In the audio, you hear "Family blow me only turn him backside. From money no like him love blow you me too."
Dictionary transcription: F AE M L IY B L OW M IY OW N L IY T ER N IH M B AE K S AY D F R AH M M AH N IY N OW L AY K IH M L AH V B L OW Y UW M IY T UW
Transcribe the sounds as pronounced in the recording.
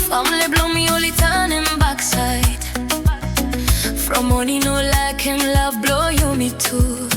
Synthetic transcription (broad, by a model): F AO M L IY B L OW M IY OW L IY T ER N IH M B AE K S AY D F R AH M M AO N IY N OW L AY K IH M L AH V B L OW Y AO M IY T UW